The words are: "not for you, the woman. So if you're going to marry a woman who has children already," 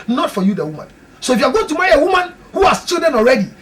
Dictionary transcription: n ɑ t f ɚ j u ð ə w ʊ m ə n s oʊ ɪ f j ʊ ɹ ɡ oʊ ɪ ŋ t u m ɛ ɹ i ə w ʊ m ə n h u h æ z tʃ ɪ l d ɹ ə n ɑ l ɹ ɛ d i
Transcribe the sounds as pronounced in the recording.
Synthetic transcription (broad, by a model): n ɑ t f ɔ j u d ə w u m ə n s oʊ ɪ f j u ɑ ɡ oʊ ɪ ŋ t u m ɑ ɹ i ə w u m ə n h u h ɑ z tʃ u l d ə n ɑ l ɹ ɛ d i